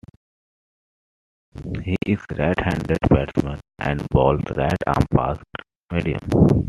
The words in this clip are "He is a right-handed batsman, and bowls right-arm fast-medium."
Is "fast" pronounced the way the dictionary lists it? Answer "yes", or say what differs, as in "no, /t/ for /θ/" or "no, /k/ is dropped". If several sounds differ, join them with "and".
no, /p/ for /f/